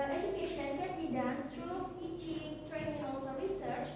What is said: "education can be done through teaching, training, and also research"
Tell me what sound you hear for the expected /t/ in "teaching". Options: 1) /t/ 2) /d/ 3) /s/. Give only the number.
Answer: 3